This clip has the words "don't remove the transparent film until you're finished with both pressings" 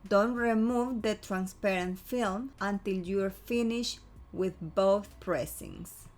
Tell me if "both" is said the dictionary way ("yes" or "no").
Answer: yes